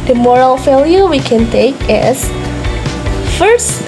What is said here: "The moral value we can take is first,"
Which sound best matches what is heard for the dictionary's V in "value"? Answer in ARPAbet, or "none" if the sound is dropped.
F